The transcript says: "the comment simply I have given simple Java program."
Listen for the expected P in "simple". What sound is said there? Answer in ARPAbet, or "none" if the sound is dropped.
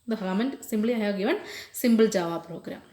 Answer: B